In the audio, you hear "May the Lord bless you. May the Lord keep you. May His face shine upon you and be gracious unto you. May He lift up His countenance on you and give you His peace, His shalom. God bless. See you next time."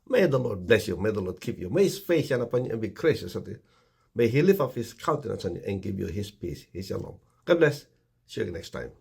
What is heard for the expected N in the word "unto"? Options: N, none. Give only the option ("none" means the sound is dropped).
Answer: none